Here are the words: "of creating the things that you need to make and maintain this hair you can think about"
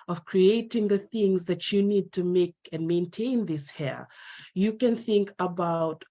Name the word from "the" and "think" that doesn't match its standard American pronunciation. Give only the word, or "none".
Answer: none